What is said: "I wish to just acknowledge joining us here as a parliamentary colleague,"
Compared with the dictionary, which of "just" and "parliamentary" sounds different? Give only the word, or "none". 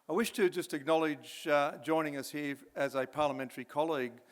none